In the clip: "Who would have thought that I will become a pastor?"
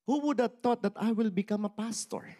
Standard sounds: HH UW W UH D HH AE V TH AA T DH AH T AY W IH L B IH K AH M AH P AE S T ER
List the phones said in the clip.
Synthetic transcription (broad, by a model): HH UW W UH D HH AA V T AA T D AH T AY W IH L B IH K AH M AH P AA S T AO